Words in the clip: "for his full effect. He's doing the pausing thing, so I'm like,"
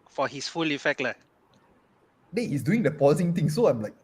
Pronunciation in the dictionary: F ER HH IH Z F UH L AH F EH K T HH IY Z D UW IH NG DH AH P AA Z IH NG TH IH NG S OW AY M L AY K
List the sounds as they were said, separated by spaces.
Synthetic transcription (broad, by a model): F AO HH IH S F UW L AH F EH K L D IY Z D UW IH NG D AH P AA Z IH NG T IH NG S OW AY M L AY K